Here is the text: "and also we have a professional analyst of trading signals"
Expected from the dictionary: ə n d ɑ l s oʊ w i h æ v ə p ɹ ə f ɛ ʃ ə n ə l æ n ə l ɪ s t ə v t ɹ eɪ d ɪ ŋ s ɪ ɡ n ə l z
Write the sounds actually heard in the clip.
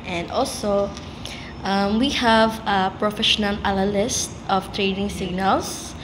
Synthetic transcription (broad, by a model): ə n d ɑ l s oʊ w i h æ v ə p ɹ ə f ɛ ʃ ə n ə l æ l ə l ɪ s t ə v t ɹ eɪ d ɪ ŋ s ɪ ɡ n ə l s